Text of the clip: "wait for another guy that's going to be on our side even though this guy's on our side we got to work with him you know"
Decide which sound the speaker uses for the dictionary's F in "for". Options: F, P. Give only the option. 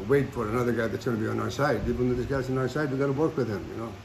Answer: F